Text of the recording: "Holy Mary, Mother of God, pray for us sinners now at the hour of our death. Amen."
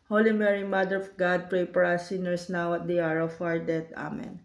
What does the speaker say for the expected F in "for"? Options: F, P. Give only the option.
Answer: P